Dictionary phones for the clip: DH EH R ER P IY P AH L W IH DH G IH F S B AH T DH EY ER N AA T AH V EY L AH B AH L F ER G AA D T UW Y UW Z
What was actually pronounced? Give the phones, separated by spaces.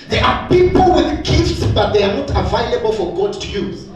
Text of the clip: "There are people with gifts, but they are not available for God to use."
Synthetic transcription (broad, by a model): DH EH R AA P IY P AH L W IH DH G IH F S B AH T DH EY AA N AA T AH V EY L AH B AH L F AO G AA D T UW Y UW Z